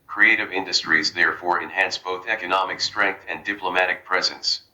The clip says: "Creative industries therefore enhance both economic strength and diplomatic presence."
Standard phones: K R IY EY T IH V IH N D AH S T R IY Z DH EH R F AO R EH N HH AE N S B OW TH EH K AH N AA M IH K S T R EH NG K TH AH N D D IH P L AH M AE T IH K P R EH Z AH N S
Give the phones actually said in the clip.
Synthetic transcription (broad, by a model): K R IY EY T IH V IH N D AH S T R IY Z DH EH R F AO R EH N HH AE N S B OW TH EH K AH N AA M IH K S T R EH NG K TH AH N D D IH P L AH M AE T IH K P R EH Z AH N S